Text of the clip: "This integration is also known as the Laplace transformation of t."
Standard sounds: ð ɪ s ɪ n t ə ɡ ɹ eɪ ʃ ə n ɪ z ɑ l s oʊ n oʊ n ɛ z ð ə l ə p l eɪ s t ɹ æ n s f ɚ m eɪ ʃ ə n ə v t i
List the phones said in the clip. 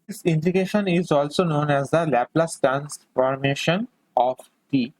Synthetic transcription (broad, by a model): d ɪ s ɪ n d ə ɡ eɪ ʃ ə n ɪ z ɑ l s oʊ n oʊ n ɛ z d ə l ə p l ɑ s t æ n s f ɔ m eɪ ʃ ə n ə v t i